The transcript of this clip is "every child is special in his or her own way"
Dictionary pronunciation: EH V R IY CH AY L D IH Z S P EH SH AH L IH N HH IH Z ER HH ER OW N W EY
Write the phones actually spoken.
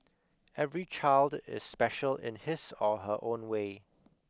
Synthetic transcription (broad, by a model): EH V R IY CH AY L D IH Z S P EH SH AH L IH N HH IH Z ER HH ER OW N W EY